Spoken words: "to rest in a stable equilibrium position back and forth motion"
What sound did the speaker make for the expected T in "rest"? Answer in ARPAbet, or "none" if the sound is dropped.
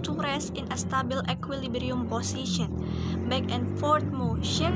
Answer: none